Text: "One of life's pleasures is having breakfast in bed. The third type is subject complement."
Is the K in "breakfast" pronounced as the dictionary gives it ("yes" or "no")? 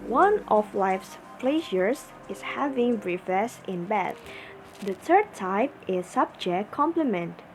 no